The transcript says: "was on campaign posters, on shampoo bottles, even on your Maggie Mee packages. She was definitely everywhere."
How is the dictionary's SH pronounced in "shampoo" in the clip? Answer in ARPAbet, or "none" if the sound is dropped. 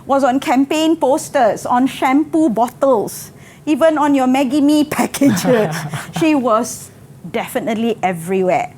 SH